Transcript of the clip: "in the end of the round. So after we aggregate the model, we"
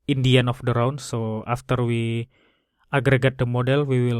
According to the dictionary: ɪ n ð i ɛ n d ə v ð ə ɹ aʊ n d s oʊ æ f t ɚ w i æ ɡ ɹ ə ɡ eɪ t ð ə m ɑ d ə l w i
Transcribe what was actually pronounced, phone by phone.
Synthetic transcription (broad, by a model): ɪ n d i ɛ n ə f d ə ɹ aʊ n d s oʊ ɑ f t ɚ w i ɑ ɡ ɹ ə ɡ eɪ t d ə m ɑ d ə l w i